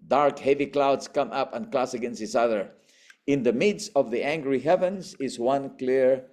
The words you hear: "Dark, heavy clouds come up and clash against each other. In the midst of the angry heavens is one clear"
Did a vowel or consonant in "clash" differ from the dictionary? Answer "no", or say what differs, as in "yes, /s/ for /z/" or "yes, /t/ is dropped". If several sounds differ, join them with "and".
yes, /s/ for /ʃ/